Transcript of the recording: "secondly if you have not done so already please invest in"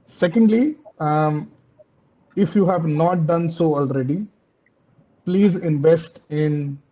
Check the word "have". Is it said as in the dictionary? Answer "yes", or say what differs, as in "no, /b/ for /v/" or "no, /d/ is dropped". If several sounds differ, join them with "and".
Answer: yes